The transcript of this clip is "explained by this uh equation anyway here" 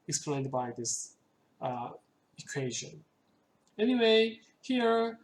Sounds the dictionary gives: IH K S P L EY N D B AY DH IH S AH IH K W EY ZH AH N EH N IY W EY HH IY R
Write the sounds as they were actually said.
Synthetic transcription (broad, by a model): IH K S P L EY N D B AY DH IH S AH IH K W EY ZH AH N EH N IY W EY HH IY R